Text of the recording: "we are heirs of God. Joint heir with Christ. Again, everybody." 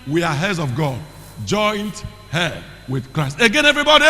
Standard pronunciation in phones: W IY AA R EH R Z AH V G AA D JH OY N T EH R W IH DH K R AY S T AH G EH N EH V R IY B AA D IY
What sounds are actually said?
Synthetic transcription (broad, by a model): W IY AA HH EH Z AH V G AA D JH OY N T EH W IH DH K R AY S T AH G EH N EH V R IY B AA D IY